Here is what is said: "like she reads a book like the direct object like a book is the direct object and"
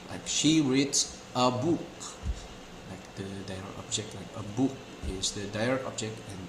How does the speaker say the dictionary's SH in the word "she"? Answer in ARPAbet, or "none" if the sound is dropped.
SH